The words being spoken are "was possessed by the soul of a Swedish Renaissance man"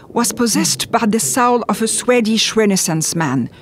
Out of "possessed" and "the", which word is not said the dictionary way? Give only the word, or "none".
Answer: none